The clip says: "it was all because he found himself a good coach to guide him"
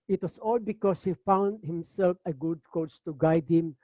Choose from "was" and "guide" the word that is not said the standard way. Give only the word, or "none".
was